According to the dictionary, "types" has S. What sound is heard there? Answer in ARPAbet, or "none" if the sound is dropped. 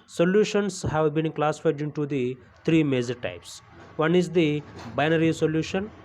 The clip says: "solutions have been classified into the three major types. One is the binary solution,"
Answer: S